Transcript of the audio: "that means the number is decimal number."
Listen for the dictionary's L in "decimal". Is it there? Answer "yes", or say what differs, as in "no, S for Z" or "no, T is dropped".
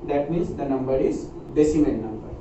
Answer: no, N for L